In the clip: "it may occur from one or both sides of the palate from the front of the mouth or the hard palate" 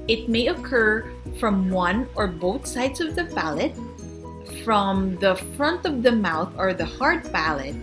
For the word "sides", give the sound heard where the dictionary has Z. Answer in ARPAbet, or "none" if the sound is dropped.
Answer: S